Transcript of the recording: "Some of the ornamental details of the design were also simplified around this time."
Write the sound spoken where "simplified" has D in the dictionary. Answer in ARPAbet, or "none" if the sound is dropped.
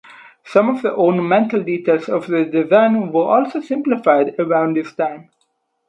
D